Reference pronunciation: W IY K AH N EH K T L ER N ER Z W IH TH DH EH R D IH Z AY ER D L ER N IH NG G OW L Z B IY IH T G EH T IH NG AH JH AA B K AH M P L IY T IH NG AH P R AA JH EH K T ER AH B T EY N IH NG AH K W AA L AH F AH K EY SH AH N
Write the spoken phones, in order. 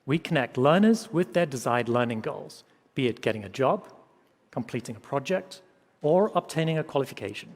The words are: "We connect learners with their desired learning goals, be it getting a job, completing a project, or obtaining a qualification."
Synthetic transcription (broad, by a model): W IY K AH N EH K T L ER N ER Z W IH DH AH R D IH Z AY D L ER N IH NG G OW L Z B IY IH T G EH T IH NG AH JH AA B K AH M P L IY T IH NG AH P R AA JH EH K T ER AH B T EY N IH NG AH K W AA L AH F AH K EY SH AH N